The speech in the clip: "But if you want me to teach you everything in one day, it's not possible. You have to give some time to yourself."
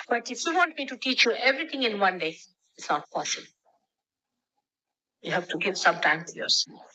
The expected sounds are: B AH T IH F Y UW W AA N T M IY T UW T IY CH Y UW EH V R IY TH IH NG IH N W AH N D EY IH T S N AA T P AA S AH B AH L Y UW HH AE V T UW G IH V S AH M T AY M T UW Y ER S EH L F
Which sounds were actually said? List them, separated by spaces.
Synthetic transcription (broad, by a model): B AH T IH F Y UW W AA N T M IY T UW T IY CH Y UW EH V R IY T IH NG IH N W AH N D EY IH T S N AA T P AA S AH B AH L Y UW HH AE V T UW G IH V S AH M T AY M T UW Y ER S